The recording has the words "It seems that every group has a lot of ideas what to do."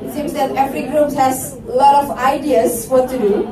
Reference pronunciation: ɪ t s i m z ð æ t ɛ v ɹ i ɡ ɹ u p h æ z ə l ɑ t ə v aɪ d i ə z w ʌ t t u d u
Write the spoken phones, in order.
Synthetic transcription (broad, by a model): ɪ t s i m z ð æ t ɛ f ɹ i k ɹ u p h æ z l ɑ t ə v aɪ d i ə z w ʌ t t u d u